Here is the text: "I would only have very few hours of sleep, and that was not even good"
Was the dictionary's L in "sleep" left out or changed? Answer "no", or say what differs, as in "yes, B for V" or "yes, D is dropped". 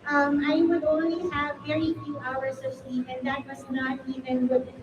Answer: no